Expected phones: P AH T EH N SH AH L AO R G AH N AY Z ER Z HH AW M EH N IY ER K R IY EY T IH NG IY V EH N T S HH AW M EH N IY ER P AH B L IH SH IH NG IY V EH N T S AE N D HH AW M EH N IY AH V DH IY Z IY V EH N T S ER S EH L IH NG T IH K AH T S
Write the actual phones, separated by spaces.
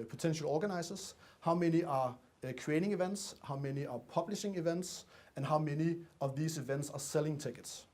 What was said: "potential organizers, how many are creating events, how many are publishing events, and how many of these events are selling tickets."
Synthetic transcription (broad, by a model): P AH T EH N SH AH L AO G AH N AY S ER S HH AW M EH N IY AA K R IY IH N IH NG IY V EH N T S HH AW M EH N IY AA P AH B L IH SH IH NG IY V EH N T S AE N HH AW M EH N IY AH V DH IY S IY V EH N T S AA S EH L IH NG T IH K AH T S